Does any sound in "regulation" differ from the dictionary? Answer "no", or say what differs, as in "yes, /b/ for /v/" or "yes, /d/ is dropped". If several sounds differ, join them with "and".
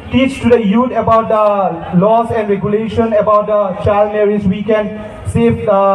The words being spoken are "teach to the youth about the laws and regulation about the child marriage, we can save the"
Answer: no